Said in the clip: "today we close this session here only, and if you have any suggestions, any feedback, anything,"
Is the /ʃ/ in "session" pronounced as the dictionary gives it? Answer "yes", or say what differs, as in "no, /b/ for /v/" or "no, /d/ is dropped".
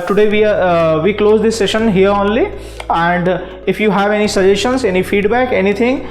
yes